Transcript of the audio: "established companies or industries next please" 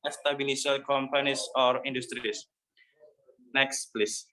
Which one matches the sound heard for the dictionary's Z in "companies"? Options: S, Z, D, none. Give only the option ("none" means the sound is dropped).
S